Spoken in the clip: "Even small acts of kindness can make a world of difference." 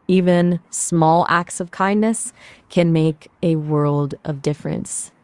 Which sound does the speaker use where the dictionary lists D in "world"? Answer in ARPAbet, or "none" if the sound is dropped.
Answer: D